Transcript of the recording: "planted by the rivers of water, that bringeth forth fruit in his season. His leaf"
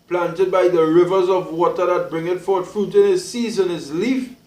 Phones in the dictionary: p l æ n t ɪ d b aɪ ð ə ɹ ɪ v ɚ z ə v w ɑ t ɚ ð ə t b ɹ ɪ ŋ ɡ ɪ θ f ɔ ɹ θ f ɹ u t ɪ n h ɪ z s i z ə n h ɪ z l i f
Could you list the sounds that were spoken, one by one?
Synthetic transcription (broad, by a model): p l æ n t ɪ d b aɪ ð ə ɹ ɪ v ɚ z ə v w ɑ t ɚ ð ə t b ɹ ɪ ŋ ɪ t f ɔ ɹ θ f ɹ u t ɪ n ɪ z s i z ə n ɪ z l i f